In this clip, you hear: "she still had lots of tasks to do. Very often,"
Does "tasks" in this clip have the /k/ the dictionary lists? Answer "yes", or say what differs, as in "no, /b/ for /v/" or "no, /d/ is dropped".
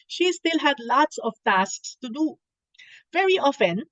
yes